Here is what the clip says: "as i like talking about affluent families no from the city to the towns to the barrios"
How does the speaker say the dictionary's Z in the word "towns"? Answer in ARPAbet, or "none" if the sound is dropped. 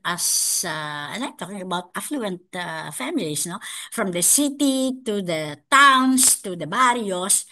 S